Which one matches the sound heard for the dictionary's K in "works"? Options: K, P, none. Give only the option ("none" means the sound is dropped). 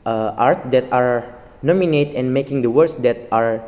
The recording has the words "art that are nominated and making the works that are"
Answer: none